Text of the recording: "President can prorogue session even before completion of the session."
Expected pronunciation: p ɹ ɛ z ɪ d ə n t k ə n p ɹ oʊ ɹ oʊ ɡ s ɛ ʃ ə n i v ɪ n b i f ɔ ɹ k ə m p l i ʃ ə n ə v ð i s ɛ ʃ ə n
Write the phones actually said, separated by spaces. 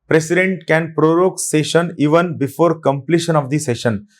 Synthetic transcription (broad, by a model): p ɹ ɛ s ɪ d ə n t k ə n p ɹ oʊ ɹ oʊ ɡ s ɛ ʃ ə n i v ɪ n b i f ɔ ɹ k ə m p l i ʃ ə n ə v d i s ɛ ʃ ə n